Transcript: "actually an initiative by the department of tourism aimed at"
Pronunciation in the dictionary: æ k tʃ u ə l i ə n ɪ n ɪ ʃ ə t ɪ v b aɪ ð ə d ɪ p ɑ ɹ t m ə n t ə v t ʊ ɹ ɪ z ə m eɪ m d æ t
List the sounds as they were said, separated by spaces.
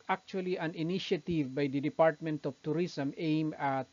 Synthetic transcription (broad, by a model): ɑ k tʃ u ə l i ə n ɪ n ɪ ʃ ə t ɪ v b aɪ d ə d ɪ p ɑ ɹ t m ə n t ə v t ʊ ɹ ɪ s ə m eɪ m ɑ t